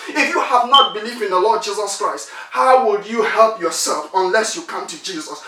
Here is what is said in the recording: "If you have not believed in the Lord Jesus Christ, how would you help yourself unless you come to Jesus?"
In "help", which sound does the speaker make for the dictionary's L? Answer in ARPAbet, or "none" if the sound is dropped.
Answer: L